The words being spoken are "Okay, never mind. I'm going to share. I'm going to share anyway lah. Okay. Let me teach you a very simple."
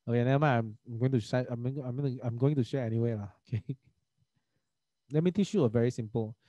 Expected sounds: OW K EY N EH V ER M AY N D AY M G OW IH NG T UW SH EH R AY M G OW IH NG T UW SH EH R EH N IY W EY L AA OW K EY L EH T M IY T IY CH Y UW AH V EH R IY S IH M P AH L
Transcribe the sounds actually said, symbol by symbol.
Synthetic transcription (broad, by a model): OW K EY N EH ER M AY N AY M G OW IH NG T UW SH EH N AY M G OW IH NG T UW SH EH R EH N IY W EY L AA OW K EY L EH T M IY T IY CH Y UW AH V EH R IY S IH M P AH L